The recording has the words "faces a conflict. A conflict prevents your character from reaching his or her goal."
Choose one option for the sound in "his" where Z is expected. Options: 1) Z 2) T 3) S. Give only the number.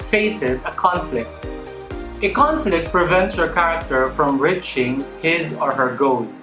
1